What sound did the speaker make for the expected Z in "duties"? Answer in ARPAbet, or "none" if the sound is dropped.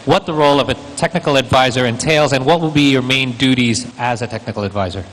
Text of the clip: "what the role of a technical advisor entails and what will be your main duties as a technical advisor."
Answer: Z